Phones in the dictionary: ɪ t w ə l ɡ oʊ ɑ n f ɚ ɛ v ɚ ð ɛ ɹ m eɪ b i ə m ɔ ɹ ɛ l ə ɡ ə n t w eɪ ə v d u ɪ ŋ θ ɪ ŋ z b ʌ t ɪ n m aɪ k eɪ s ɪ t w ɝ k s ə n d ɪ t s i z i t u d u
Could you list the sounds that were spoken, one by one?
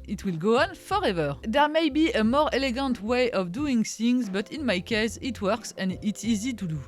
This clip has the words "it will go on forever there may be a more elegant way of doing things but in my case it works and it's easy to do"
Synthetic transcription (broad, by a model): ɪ t w ə l ɡ oʊ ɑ n f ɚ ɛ v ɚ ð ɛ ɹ m eɪ b i ə m ɔ ɹ ɛ l ə ɡ ə n t w eɪ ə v d u ɪ ŋ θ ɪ ŋ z b ʌ t ɪ n m aɪ k eɪ s ɪ t w ɝ k s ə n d ɪ t s i z i t u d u